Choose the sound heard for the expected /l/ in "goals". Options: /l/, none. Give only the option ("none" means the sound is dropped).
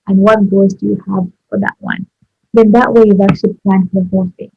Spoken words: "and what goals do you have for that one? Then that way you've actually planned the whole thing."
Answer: none